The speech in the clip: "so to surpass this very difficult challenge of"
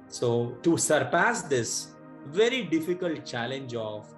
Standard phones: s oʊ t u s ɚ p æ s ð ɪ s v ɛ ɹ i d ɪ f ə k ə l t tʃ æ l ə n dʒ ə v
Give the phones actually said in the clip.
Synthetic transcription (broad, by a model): s oʊ t u s ɚ p æ s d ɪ s v ɛ ɹ i d ɪ f ə k ə l t tʃ æ l ə n dʒ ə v